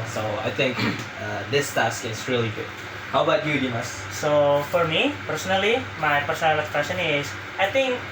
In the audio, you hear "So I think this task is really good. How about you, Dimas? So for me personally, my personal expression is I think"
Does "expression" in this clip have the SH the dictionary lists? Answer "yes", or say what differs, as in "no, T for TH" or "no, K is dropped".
no, S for SH